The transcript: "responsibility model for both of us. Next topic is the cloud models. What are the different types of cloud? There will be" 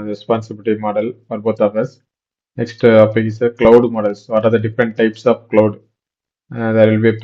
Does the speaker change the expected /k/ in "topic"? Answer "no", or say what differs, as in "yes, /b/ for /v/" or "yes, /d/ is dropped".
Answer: yes, /k/ is dropped